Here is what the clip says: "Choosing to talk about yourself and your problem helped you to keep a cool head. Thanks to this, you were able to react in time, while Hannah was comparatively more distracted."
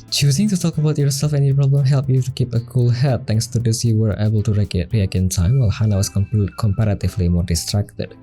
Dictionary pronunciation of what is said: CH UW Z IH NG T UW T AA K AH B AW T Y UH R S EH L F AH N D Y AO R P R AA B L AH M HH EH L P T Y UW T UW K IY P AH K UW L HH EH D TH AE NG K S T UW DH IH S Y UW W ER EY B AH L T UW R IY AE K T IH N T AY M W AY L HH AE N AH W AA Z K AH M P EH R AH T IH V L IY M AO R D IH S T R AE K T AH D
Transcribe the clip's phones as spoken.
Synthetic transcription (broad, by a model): CH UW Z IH NG T UW T AA K AH B AW T Y UH R S EH L F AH N Y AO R P R AA B L AH M HH EH L P Y UW T UW K IY P AH K UW L HH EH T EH NG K S T UW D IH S Y UW W ER EY B AH L T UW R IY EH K IH N T AY M W AY L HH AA N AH W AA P K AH M P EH R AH T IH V L IY M AO R D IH S T R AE K T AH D